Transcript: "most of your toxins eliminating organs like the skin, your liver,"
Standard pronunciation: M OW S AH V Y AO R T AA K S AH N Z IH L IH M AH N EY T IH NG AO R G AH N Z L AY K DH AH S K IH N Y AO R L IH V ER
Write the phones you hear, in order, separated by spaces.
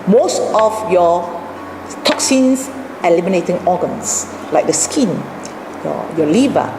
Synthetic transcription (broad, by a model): M OW S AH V Y AO T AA K S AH N S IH L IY M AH N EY T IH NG AO G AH N S L AY K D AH S K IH N Y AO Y L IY V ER